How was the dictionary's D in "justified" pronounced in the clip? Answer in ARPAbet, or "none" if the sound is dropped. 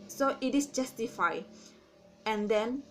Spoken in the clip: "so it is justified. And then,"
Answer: none